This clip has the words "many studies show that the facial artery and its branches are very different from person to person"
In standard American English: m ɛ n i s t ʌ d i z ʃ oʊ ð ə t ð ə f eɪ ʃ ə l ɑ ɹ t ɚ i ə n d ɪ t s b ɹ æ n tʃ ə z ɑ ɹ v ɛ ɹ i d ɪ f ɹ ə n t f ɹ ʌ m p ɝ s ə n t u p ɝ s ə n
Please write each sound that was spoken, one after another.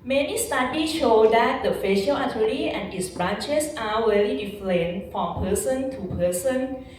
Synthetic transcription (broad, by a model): m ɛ n i s t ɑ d i ʃ oʊ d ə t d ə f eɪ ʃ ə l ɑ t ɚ i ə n ɪ t s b ɹ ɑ n tʃ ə s ɑ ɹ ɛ l i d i f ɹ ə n f ɹ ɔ m p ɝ s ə n t u p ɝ s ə n